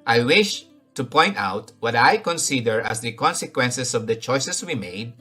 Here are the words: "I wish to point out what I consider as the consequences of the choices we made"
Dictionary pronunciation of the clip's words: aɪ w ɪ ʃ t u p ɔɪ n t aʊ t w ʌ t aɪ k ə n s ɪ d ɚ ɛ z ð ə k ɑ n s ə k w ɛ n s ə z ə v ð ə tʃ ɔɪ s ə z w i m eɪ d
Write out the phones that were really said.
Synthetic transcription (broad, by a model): aɪ w ɪ ʃ t u p ɔɪ n t aʊ t w ʌ t aɪ k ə n s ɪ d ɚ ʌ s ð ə k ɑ n s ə k w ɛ n s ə s ə v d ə tʃ ɔɪ s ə s w i m eɪ d